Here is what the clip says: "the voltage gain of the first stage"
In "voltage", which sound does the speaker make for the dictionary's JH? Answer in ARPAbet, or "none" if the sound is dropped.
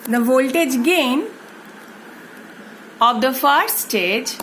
JH